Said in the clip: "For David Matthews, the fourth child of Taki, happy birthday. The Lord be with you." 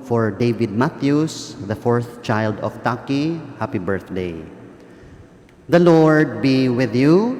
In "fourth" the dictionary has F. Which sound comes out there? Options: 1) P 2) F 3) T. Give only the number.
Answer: 2